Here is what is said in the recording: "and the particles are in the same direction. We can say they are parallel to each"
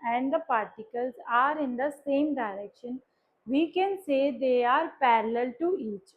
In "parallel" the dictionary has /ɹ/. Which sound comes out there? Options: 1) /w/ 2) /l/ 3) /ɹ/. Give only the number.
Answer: 3